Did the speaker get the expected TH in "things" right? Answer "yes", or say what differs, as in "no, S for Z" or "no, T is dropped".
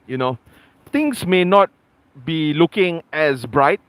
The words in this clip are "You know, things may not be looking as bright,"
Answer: no, T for TH